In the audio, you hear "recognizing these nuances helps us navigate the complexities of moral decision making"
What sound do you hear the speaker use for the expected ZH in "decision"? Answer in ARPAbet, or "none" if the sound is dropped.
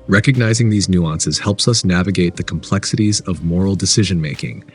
ZH